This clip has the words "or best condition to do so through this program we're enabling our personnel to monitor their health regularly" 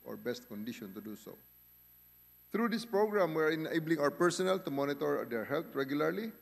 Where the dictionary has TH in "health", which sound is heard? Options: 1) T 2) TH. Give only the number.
1